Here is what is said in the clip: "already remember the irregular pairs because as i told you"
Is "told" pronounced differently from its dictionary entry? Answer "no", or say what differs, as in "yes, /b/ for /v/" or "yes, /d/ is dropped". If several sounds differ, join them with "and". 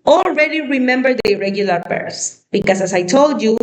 no